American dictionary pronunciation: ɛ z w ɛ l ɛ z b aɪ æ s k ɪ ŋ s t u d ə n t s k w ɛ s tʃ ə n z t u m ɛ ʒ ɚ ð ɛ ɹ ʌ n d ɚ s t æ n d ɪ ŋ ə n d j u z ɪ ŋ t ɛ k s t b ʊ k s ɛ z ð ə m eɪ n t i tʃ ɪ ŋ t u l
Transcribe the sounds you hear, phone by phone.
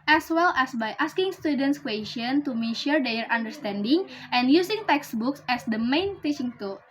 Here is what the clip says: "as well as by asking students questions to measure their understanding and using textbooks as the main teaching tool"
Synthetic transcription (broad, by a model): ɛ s w ɛ l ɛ s b aɪ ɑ s k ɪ ŋ s t u d ə n t s k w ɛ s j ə n t u m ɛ ʃ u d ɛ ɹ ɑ n d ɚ s t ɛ n d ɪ ŋ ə n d j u s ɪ ŋ t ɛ k s b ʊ k s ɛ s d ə m eɪ n t i tʃ ɪ ŋ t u